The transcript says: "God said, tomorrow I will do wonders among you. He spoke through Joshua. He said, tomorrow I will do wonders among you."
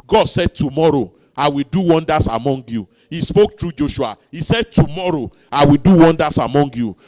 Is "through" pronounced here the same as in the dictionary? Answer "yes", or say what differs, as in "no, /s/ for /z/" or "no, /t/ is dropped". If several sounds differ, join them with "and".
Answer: no, /t/ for /θ/